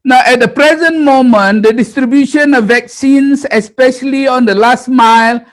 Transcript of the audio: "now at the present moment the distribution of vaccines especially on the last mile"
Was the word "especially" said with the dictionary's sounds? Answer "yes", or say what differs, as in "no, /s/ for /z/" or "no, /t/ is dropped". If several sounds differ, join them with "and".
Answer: yes